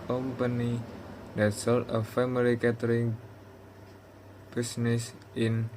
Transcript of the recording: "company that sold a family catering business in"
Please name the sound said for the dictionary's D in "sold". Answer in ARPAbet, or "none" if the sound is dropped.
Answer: none